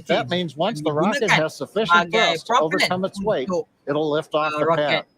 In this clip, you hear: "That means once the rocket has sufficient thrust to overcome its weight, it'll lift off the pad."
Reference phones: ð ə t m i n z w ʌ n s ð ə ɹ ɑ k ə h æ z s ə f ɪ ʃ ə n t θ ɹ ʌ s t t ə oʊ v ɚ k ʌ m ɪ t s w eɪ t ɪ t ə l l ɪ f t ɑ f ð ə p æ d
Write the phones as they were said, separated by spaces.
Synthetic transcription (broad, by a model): ð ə t m i n z w ʌ n s ð ə ɹ ɑ k ə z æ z s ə f ɪ ʃ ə n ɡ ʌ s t t ə oʊ v ɚ k ʌ m ɪ t s w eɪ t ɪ t l l ɪ f t ɑ f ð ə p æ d